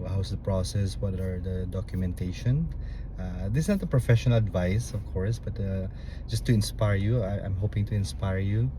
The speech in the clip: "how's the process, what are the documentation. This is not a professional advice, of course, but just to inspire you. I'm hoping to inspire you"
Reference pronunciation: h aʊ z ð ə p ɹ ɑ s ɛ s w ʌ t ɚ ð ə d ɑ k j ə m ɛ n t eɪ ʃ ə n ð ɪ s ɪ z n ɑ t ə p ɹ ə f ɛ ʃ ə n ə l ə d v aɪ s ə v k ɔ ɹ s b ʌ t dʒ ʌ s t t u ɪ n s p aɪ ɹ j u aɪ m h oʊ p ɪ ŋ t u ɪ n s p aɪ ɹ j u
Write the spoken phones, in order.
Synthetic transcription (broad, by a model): h aʊ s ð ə p ɹ ɑ s ɛ s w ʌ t ɚ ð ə d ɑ k j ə m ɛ n t eɪ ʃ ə n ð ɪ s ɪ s n ɑ t ə p ɹ ə f ɛ ʃ ə n ə l ə d v aɪ s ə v k ɔ ɹ s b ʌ t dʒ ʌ s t t u ɪ n s p aɪ ɹ j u aɪ m h oʊ p ɪ ŋ t u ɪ n s p aɪ ɹ j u